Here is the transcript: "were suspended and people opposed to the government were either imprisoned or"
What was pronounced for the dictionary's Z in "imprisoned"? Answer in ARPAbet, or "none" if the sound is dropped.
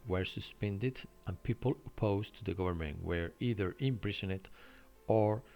S